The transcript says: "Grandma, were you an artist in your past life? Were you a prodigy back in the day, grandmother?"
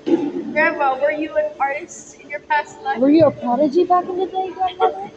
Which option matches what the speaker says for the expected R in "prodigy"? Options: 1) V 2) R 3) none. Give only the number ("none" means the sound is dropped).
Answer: 3